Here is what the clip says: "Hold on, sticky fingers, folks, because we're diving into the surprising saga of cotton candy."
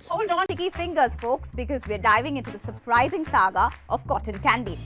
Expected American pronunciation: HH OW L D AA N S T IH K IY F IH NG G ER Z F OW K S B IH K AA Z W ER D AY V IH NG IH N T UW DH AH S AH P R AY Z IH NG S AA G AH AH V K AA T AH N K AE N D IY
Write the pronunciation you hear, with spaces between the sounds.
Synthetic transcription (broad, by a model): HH OW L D AA N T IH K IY F IH NG G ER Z F OW K S B IH K AA Z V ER D AY V IH NG IH N T UW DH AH S AH P R AY Z IH NG S AA G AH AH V K AA T AH N K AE N D IY